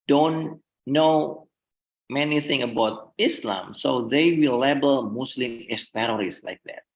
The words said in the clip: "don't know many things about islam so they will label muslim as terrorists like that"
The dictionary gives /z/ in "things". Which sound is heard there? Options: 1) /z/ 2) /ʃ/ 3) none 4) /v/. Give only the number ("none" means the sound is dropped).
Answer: 3